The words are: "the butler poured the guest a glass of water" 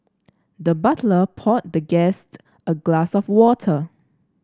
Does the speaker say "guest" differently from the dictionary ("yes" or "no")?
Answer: no